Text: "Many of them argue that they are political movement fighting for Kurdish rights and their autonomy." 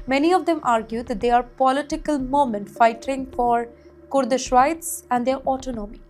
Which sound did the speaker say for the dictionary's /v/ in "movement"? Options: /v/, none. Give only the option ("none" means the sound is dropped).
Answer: none